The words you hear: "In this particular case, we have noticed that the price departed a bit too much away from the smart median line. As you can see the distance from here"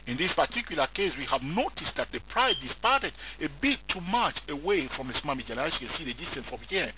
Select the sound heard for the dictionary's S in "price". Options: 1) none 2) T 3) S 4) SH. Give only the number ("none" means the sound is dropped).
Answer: 1